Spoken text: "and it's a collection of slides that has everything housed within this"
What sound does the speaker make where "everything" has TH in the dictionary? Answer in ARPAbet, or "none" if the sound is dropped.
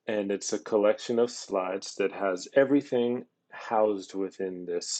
TH